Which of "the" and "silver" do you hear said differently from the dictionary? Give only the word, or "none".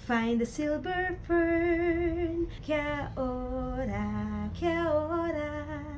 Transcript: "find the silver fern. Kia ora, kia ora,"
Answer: silver